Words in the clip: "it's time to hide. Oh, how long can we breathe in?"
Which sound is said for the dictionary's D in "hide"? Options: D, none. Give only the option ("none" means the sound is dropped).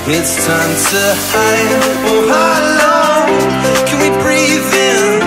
none